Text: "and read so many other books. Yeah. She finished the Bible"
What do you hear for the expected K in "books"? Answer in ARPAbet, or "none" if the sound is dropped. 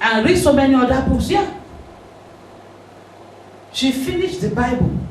none